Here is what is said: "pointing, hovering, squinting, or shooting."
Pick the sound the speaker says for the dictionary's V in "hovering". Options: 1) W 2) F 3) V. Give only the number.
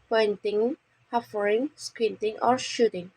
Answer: 2